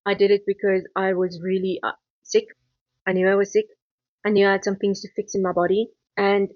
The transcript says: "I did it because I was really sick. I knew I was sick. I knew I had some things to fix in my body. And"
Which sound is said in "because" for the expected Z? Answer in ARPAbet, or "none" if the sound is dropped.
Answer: Z